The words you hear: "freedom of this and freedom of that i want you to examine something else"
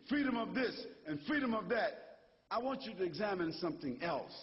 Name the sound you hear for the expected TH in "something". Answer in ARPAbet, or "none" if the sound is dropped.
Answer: TH